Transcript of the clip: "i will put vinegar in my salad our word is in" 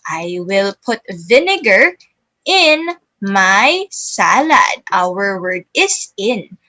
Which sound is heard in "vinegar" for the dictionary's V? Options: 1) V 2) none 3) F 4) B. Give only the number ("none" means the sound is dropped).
1